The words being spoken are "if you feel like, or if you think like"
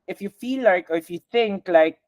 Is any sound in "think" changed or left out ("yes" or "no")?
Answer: no